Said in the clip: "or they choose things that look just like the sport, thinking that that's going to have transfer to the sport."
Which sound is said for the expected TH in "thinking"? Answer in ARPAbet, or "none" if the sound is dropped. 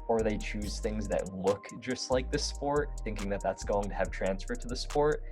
TH